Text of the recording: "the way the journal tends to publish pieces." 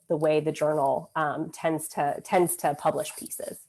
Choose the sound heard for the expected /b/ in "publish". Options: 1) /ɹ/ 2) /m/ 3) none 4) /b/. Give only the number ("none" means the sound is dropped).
4